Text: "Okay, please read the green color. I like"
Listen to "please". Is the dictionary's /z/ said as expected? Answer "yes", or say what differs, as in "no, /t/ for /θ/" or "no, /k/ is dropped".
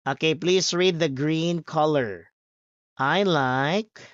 no, /s/ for /z/